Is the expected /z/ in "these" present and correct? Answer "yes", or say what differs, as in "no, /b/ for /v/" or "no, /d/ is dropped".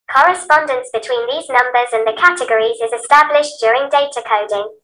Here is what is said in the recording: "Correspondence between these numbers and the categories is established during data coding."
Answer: yes